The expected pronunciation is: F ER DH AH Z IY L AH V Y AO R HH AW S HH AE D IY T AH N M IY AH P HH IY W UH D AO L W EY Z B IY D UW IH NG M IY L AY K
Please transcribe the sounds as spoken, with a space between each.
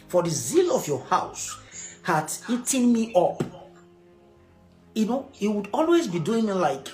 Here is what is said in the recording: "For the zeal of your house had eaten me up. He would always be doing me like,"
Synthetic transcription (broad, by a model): F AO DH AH Z IY L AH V Y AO HH AW S HH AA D IY T AH N M IY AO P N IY W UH D AO L W EY Z B IY D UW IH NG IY L AY K